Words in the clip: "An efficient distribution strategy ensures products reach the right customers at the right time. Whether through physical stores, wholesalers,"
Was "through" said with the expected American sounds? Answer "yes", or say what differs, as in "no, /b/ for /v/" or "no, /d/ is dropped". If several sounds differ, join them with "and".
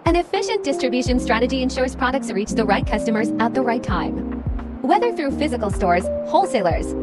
yes